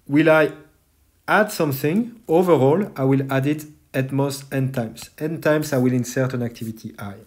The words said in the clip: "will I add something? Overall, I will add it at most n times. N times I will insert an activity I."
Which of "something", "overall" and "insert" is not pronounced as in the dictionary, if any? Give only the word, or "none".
none